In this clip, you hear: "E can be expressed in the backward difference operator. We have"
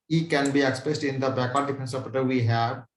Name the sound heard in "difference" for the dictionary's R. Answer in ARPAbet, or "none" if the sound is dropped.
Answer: none